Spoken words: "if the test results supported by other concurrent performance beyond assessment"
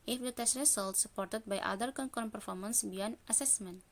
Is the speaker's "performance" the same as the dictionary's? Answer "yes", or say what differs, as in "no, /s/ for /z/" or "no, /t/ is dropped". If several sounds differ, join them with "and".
yes